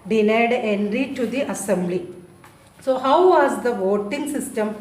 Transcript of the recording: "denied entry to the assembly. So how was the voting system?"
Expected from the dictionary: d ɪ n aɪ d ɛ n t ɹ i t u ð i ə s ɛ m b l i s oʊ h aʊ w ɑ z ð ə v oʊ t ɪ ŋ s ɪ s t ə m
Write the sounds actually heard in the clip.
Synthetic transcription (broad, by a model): d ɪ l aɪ d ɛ n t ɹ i t u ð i ə s ɛ m b l i s oʊ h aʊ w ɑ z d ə v oʊ t ɪ ŋ s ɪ s t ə m